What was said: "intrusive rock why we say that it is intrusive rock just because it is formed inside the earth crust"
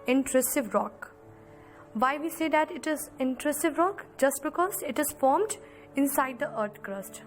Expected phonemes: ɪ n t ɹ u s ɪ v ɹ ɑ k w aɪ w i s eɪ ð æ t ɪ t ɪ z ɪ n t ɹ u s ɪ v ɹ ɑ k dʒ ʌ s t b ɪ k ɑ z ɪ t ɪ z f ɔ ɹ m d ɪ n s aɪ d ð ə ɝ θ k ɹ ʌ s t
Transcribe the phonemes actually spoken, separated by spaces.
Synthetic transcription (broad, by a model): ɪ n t ɹ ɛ s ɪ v ɹ ɑ k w aɪ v i s eɪ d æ t ɪ t ɪ z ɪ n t ɹ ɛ s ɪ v ɹ ɑ k dʒ ʌ s t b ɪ k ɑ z ɪ t ɪ z f ɔ ɹ m d ɪ n s aɪ d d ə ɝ t k ɹ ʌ s t